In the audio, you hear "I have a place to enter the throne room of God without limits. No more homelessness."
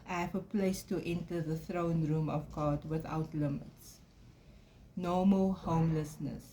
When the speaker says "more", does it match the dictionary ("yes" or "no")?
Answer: no